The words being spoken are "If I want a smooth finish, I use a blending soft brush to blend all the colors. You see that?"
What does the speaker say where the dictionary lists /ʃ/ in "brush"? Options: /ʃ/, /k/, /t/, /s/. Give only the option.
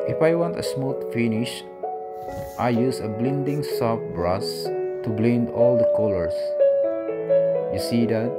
/s/